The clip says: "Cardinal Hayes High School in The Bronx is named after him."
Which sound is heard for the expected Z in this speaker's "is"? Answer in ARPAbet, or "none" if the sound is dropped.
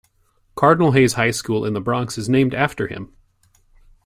Z